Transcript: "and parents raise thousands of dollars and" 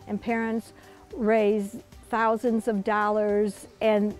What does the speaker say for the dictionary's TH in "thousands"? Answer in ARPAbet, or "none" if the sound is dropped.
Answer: TH